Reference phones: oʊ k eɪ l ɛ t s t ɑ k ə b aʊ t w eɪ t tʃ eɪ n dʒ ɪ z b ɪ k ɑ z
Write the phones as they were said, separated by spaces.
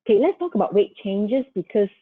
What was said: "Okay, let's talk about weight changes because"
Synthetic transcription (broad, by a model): k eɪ l ɛ t s t ɑ k ə b aʊ t w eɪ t tʃ eɪ n dʒ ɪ s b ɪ k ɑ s